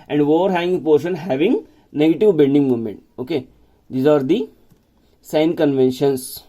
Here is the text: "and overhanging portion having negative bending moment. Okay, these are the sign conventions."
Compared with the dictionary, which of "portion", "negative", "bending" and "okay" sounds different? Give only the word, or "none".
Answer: bending